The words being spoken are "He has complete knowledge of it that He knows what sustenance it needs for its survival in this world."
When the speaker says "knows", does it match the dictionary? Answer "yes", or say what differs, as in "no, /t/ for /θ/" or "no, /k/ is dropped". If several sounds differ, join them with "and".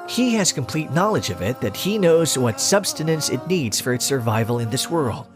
yes